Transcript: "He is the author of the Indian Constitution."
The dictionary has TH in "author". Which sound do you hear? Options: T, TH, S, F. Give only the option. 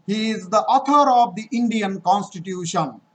T